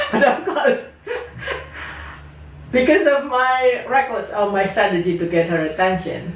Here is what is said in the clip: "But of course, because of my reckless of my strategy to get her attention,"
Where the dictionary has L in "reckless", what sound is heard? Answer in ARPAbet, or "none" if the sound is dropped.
none